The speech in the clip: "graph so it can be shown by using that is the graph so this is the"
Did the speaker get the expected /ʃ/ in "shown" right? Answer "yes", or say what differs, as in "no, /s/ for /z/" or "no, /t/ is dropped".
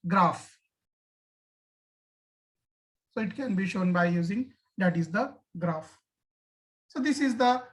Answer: yes